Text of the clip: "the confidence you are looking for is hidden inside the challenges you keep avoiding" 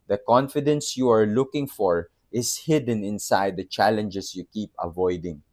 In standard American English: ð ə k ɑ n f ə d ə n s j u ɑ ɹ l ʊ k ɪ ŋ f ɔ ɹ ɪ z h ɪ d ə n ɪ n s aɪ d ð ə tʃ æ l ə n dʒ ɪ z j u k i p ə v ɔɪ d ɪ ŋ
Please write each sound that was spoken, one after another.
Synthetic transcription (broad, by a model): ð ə k ɑ n f ə d ə n s j u ɑ ɹ l ʊ k ɪ ŋ f ɔ ɹ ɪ s h ɪ d ə n ɪ n s aɪ d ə tʃ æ l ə n dʒ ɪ s j u k i p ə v ɔɪ d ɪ ŋ